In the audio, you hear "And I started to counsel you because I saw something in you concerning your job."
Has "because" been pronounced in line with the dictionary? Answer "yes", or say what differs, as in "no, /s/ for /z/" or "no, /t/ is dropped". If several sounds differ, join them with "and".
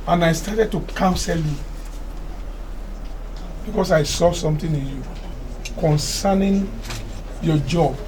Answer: no, /s/ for /z/